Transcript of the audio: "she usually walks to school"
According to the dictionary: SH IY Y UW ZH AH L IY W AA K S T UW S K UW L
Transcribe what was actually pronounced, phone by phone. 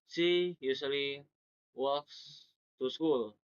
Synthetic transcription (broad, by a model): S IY Y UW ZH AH L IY W AA K S T UW S K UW L